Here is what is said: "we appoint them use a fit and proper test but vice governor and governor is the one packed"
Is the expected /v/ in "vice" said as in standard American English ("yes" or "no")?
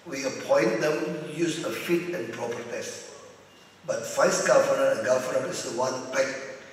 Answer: no